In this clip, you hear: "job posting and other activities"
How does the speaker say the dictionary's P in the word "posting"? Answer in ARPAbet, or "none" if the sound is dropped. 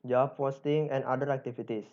F